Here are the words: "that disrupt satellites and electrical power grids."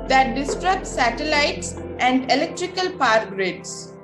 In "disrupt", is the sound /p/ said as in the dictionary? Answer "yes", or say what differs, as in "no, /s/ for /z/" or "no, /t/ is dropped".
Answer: no, /p/ is dropped